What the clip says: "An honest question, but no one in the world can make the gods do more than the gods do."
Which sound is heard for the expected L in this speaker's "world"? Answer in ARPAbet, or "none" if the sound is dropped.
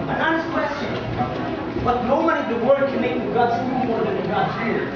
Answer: none